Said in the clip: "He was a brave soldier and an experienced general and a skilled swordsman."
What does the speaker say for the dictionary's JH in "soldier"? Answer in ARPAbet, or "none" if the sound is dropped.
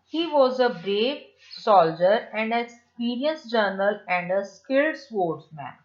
JH